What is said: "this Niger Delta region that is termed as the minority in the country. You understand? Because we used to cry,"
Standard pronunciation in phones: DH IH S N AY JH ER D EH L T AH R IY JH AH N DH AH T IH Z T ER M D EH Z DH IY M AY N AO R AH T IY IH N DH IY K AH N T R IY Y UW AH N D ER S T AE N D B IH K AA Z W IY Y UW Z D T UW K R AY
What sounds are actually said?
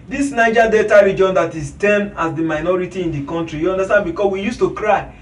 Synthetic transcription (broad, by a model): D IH S N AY JH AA D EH T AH R IY JH AH N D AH T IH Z T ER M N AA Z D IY M AY N AO R AH T IY IH N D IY K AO N T R IY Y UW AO N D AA S T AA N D B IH K AA S W IY Y UW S T UW K R AY